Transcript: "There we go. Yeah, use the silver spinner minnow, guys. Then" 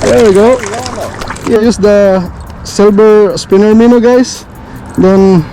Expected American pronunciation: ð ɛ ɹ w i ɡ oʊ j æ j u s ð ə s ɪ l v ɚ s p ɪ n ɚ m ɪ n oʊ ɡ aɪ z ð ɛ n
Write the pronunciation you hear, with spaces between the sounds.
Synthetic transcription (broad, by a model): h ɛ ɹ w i ɡ oʊ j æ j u s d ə s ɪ l b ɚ s p ɪ n ɚ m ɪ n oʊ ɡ aɪ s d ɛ n